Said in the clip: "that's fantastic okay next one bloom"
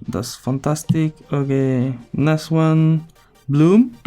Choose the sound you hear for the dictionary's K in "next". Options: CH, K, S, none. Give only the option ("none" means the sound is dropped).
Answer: none